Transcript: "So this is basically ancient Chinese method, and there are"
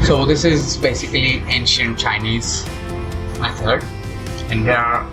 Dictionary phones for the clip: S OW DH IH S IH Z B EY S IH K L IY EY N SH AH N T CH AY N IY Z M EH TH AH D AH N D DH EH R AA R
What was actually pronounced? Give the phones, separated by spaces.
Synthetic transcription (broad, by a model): S OW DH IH S IH Z B EY S IH K L IY EY N SH AH N T CH AY N IY Z M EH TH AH D AH N D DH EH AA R